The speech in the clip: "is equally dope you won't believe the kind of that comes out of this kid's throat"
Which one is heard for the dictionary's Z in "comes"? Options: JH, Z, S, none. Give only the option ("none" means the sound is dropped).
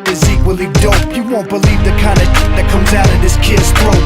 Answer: Z